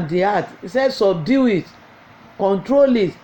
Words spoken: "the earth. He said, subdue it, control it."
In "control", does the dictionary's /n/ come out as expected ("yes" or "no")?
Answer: yes